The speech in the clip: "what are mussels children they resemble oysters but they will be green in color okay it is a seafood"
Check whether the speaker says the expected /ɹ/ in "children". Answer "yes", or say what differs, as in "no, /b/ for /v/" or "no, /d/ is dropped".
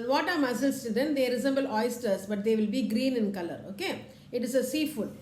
no, /ɹ/ is dropped